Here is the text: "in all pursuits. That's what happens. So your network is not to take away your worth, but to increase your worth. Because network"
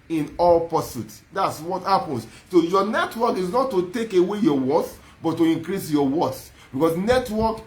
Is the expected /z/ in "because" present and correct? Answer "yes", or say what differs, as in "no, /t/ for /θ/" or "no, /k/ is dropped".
no, /s/ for /z/